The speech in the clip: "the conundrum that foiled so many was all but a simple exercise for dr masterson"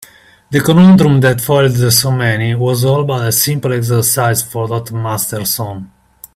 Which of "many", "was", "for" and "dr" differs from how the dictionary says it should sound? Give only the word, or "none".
dr